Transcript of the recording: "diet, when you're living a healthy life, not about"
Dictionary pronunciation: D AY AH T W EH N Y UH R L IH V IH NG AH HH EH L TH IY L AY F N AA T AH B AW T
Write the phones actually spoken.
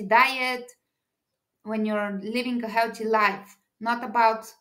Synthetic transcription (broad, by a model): D AY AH T W EH N Y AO R L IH V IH NG AH HH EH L T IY L AY F N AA T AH B AW T